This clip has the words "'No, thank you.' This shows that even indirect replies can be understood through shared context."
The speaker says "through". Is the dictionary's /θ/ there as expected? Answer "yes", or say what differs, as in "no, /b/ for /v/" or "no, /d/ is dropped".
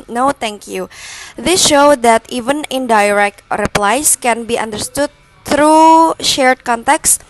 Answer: no, /t/ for /θ/